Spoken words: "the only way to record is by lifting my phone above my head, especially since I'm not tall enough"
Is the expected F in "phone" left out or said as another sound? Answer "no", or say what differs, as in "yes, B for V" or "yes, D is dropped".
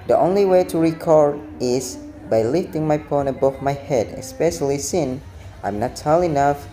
yes, P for F